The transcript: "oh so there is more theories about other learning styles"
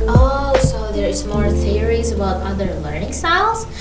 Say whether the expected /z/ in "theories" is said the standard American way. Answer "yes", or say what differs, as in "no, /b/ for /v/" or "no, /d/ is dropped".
yes